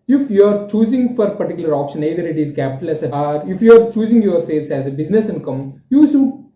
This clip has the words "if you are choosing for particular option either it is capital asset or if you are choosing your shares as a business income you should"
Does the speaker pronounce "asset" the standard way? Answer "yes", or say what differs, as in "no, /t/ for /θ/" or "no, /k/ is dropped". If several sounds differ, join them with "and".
no, /t/ is dropped